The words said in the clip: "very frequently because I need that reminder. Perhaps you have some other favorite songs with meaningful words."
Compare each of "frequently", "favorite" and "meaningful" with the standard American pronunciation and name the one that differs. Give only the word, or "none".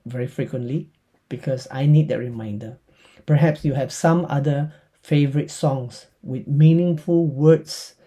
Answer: none